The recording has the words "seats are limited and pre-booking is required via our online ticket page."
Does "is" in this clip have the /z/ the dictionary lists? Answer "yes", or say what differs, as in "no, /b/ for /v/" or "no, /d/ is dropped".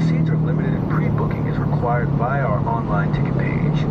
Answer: yes